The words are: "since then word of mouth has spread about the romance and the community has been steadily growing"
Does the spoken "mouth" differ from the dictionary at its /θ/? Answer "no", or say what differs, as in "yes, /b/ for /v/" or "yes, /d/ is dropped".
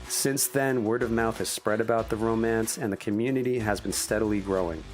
no